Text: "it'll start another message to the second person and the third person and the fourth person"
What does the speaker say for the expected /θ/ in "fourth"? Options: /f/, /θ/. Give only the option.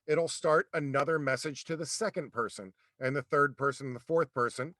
/θ/